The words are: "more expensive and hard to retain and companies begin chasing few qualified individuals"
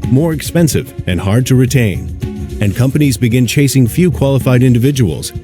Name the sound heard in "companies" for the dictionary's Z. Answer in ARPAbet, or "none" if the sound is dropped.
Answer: Z